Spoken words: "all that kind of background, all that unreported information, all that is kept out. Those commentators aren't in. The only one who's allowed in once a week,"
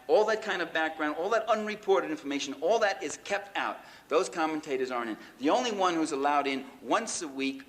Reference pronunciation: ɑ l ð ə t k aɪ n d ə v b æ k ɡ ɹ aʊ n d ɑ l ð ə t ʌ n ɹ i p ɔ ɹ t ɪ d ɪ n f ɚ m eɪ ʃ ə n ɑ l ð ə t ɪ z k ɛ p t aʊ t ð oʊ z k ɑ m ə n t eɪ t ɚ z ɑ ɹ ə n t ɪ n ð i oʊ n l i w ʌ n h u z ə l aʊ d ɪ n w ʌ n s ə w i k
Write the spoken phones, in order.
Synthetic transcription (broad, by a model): ɑ l ð ə t k aɪ n d ə v b æ k ɡ ɹ aʊ n d ɑ l ð ə t ʌ n ɹ i p ɔ ɹ t ɪ d ɪ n f ɚ m eɪ ʃ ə n ɑ l ð ə t ɪ z k ɛ p t aʊ t ð oʊ z k ɑ m ə n t eɪ t ɚ z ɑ ɹ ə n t ɪ n ð i oʊ n l i w ʌ n h u z ə l aʊ d ɪ n w ʌ n s ə w i k